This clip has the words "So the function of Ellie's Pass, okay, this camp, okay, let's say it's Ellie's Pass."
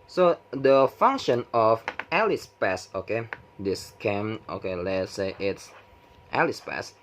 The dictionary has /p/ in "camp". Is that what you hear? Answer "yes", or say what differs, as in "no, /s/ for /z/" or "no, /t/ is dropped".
no, /p/ is dropped